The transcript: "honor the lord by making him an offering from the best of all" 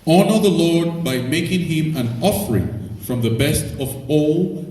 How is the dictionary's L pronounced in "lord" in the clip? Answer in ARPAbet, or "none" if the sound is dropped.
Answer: L